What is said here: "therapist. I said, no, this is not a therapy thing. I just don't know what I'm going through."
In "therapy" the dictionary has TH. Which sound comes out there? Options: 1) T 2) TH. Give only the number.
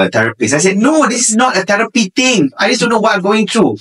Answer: 1